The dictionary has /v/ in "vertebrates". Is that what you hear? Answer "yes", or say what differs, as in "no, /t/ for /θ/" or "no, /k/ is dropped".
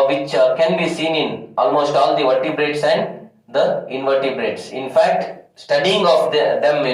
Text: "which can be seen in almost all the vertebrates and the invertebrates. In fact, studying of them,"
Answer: yes